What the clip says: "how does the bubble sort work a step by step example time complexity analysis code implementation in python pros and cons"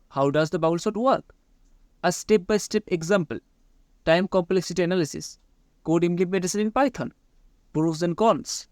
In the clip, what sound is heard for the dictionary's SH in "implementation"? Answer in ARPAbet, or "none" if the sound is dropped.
S